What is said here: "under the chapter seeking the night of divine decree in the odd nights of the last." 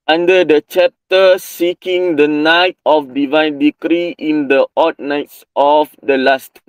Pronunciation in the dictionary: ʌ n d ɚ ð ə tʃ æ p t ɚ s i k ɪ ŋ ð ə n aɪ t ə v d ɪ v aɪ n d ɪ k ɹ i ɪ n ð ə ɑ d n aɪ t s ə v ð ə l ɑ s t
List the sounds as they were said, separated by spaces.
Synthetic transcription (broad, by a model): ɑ n d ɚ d ə tʃ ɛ p t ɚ s i k ɪ ŋ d ə n aɪ t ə f d ɪ v aɪ n d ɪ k ɹ i ɪ n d ə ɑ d n aɪ t s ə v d ə l ɑ s t